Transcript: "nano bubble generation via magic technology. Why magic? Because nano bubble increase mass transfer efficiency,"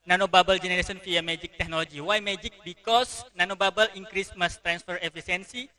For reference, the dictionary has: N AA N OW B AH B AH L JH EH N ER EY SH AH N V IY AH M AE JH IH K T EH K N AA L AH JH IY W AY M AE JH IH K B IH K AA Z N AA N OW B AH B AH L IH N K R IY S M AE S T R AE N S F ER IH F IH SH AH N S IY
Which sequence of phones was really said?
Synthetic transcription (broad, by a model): N AA N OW B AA B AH L JH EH N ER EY S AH N F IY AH M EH JH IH K T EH K N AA L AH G IY W AY M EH JH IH K B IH K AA S N AA N OW B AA B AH L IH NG K R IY S M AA S T R AE N S F ER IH F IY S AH N S IY